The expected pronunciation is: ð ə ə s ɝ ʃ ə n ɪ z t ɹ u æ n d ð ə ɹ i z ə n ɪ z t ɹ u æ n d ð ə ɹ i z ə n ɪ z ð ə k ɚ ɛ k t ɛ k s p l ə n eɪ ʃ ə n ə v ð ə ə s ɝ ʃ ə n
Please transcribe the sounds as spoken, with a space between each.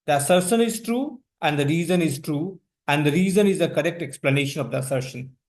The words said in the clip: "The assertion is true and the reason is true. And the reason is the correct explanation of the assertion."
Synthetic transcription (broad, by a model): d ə ə s ɝ ʃ ə n ɪ z t ɹ u æ n d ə ɹ i z ə n ɪ z t ɹ u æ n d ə ɹ i z ə n ɪ z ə k ɚ ɛ k t ɛ k s p l ə n eɪ ʃ ə n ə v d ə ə s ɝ ʃ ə n